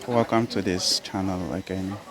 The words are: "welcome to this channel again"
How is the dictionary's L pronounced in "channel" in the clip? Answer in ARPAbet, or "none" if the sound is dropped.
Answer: L